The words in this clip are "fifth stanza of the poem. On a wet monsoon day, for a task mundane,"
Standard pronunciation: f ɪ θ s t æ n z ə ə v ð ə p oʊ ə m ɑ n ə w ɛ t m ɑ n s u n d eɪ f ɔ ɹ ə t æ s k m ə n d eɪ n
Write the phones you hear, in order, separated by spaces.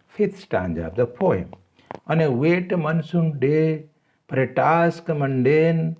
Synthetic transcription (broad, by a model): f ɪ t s t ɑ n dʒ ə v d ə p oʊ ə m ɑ n ə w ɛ t m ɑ n s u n d eɪ p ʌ ɹ ə t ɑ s k m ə n d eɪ n